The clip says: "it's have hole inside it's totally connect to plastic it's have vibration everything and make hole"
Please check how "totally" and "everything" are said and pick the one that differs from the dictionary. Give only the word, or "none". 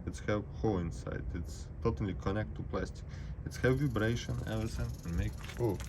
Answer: everything